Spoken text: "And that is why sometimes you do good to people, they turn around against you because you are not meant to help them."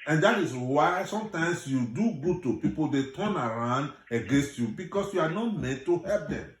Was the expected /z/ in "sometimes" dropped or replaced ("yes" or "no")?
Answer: yes